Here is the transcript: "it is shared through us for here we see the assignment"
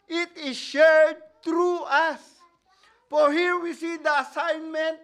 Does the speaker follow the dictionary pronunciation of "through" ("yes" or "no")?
no